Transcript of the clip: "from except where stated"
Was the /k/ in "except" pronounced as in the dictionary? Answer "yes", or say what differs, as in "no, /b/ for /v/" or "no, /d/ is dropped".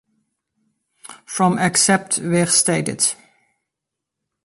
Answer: yes